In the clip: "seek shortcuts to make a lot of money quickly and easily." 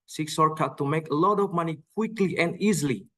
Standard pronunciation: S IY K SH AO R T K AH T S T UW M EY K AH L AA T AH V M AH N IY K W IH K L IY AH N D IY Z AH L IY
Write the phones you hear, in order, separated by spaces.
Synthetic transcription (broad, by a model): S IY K S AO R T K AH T T UW M EY K AH L AA T AH V M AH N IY K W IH K L IY AH N D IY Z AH L IY